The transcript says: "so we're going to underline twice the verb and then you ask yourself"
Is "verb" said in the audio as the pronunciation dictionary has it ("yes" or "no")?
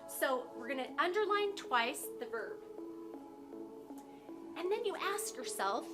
yes